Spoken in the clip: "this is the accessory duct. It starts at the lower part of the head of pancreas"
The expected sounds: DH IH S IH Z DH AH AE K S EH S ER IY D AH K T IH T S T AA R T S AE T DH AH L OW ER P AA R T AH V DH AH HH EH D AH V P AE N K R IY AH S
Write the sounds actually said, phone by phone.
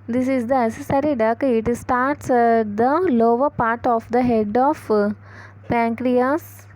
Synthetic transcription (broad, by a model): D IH S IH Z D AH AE S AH S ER IY D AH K IH T S T AA R T S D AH L OW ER P AA R T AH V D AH HH EH D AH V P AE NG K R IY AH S